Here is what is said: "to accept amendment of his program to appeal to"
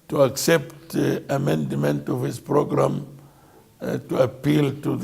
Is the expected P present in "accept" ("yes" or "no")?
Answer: yes